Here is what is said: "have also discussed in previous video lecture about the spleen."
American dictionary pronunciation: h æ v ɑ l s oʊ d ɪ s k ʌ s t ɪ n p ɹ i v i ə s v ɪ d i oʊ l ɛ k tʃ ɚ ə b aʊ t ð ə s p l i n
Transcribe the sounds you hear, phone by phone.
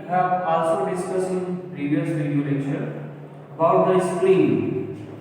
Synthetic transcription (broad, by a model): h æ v ɑ l s oʊ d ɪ s k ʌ s ɪ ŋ p ɹ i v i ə s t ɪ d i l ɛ tʃ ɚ ə b aʊ t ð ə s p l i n